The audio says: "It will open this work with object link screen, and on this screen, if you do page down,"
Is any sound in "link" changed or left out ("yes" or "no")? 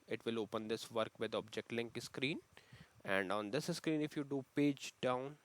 no